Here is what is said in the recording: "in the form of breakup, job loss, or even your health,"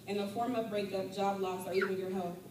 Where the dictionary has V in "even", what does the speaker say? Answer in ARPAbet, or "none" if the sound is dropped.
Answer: W